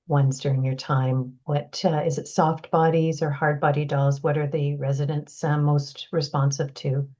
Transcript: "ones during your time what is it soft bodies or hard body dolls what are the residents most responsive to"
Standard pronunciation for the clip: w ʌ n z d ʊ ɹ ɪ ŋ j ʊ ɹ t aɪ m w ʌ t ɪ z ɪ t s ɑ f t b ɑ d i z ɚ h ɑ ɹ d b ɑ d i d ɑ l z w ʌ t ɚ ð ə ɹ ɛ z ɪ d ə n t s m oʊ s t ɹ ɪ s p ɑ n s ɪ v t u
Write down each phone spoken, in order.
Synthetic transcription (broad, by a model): w ʌ n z d ʊ ɹ ɪ ŋ j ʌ ɹ t aɪ m w ʌ t ɪ z ɪ t s ɑ f t b ɑ d i z ɚ h ɑ ɹ d b ɑ d i d ɑ l z w ʌ t ɚ ð ə ɹ ɛ z ɪ d ə n t s m oʊ s t ɹ ɪ s p ɑ n s ɪ v t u